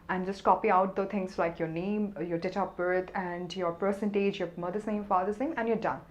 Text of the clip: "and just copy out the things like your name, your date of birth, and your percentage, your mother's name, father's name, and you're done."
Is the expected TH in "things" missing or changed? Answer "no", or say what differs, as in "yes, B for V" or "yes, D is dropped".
yes, T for TH